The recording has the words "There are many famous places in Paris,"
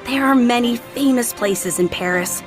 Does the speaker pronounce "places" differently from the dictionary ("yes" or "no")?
no